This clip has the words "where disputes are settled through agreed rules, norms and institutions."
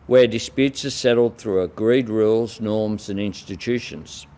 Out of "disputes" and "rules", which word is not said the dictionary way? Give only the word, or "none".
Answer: none